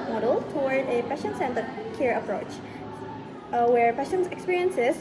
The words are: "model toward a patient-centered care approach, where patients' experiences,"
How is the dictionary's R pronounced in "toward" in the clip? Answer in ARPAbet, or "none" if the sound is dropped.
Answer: W